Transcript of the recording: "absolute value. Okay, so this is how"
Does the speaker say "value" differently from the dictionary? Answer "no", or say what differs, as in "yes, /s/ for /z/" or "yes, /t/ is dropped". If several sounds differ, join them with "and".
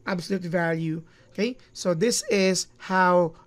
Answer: no